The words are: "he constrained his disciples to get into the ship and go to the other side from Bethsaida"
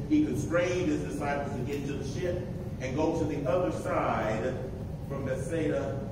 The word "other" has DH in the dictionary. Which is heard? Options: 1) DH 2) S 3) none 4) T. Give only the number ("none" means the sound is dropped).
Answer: 1